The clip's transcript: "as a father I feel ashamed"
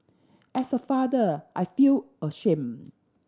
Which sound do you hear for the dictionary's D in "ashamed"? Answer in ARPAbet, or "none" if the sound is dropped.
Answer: none